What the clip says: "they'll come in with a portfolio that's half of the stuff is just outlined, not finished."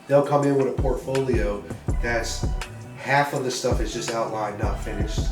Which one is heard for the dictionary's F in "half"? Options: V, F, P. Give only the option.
F